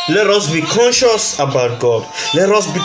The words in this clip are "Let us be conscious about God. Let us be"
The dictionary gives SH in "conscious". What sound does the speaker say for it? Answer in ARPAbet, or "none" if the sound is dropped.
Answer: SH